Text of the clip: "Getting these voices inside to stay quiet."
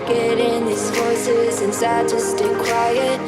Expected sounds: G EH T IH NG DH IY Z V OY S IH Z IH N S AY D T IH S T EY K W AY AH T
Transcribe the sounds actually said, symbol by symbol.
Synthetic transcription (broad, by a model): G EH T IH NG DH IY Z F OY S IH Z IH N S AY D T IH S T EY K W AY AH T